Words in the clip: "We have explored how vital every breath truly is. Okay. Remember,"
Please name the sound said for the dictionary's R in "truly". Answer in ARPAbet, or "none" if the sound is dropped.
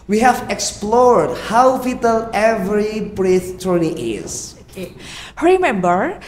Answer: none